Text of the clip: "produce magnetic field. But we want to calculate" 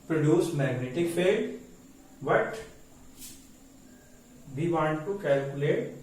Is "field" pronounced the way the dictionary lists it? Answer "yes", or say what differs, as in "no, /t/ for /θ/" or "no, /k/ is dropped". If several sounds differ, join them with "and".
no, /l/ is dropped